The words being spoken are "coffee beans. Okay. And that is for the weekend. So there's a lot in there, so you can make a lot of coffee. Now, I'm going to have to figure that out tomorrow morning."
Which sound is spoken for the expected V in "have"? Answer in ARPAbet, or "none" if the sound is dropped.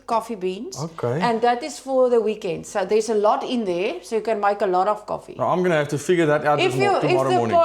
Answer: F